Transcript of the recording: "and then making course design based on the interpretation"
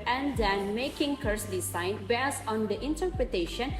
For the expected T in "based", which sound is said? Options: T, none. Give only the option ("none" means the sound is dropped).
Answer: none